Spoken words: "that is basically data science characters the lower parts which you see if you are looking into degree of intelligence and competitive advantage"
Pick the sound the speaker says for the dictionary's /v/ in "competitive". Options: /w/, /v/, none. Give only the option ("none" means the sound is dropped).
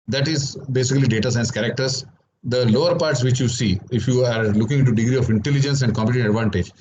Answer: none